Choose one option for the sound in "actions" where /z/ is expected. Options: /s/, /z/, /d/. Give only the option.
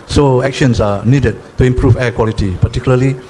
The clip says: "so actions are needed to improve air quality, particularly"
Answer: /s/